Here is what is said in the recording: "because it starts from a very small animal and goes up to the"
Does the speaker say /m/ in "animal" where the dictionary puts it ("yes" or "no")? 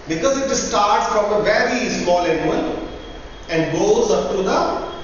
no